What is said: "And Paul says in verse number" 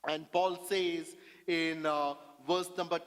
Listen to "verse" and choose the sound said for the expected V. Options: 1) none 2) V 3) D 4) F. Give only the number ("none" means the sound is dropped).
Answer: 2